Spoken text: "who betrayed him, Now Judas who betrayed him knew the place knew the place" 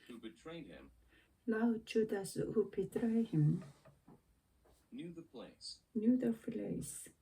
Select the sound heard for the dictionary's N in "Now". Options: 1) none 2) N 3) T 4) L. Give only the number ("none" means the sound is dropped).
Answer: 4